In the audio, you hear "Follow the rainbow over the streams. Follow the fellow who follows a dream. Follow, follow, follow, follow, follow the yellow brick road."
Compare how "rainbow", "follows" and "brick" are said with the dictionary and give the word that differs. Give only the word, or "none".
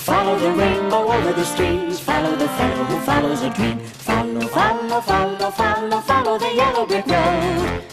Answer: brick